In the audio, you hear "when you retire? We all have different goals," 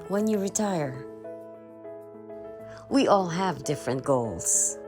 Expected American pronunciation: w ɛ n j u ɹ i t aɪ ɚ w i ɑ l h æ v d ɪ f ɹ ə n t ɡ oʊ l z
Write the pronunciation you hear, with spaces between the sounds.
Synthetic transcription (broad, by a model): w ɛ n j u ɹ i t aɪ ɚ w i ɑ l h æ v d ɪ f ɹ ə n t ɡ oʊ l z